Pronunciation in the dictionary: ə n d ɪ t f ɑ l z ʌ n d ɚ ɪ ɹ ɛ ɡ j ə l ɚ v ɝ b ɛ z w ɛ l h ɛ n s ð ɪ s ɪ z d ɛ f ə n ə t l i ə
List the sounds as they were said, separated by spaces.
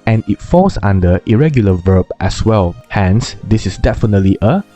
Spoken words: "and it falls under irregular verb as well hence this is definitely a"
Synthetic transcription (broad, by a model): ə n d ɪ t f ɑ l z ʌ n d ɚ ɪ ɹ ɛ ɡ j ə l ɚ v ɝ b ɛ s w ɛ l h ɛ n s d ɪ s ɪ s d ɛ f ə n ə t l i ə